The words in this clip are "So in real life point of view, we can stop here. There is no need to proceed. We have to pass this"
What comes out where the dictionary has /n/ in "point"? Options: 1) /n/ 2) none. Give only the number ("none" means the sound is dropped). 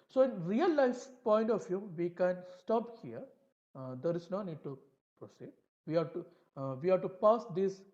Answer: 1